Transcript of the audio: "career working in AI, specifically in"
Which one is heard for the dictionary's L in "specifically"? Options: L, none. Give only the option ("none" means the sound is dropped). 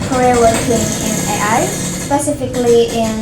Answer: L